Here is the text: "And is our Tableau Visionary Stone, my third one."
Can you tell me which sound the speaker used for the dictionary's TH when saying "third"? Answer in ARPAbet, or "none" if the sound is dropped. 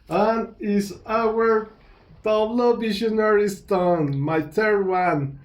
T